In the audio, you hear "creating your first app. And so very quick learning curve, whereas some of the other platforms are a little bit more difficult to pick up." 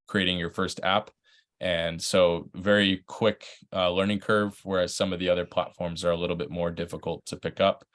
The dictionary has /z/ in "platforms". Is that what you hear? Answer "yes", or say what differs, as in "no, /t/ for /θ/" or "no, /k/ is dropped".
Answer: yes